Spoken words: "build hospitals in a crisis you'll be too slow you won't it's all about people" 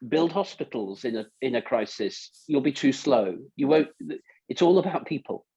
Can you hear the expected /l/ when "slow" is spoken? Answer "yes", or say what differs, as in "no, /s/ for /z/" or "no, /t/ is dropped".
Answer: yes